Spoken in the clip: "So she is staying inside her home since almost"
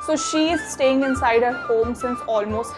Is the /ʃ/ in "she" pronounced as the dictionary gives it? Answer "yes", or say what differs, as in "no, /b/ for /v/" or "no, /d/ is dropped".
yes